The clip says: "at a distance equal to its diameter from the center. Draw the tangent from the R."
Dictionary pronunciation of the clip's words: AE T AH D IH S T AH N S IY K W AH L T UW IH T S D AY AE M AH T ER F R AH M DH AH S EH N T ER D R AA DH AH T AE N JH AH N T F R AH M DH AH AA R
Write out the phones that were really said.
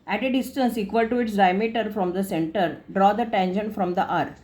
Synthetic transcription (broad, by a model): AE T AH D IH S T AH N S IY K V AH L T UW IH T S D AY M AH T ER F R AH M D AH S EH N T ER D R AA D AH T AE N SH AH N F R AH M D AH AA R